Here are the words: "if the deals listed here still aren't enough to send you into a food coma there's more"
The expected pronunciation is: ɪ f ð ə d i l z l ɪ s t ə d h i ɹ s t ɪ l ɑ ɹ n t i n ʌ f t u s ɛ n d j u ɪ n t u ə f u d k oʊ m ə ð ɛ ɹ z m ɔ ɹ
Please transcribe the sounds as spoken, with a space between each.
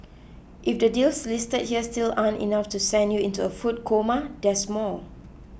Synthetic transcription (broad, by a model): ɪ f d ə d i l s l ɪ s t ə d h i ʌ s t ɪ l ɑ n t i n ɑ f t u s ɛ n d j u ɪ n t u ə f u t k oʊ m ə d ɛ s m ɔ l